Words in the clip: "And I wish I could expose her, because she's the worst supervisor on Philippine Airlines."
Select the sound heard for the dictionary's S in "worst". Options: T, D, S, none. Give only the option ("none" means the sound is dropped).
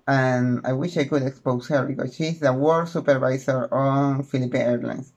none